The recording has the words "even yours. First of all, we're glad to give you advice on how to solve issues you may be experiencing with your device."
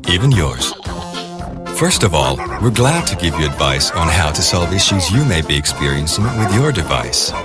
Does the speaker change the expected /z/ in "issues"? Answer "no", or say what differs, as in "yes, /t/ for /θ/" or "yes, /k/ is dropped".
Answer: no